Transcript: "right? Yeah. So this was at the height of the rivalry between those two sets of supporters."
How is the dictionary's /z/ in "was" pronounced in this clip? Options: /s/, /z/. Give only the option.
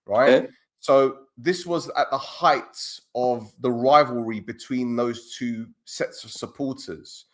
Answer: /z/